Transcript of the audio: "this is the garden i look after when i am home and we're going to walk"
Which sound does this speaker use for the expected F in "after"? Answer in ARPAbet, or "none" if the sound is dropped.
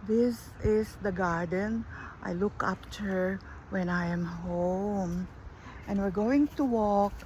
P